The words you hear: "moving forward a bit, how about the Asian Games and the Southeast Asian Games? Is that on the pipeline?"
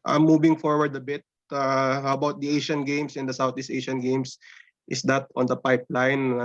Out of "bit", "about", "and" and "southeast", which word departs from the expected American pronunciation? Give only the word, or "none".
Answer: southeast